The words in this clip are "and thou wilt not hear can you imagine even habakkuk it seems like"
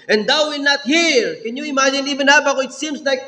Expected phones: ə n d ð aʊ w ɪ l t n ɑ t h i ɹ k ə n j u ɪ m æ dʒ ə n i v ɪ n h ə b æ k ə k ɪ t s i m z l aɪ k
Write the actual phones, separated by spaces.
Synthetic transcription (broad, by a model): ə n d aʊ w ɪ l n ɑ t h i ɹ k ə n j u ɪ m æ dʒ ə n i v ɪ n h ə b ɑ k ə ɪ t s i m s l aɪ k